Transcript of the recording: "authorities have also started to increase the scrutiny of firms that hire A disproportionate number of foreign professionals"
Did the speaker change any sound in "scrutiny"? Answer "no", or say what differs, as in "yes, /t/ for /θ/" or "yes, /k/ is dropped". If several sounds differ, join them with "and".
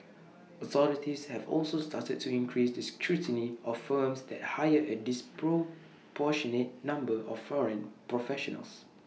no